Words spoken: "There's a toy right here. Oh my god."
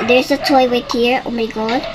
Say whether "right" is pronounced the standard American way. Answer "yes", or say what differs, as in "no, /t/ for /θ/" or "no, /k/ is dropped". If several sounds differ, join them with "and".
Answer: no, /w/ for /ɹ/